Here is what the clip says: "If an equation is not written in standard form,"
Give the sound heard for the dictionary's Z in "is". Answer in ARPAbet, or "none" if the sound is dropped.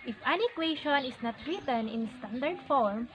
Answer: S